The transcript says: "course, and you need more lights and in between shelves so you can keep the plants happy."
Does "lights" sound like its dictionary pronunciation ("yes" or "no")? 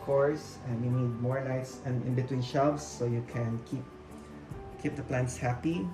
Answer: no